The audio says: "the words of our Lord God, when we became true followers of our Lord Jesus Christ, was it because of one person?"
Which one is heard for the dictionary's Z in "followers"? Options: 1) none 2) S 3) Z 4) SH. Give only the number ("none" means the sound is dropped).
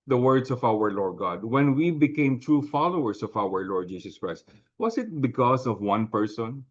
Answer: 2